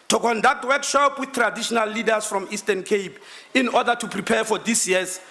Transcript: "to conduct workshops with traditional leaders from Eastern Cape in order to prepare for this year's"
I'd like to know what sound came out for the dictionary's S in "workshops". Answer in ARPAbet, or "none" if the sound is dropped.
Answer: none